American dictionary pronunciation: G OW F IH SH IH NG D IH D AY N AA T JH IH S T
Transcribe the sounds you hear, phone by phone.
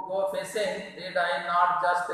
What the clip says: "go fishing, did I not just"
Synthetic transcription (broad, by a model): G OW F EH S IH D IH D AY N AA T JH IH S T